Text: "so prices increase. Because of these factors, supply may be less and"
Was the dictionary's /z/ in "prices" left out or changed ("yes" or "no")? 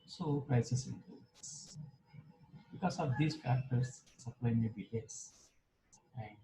yes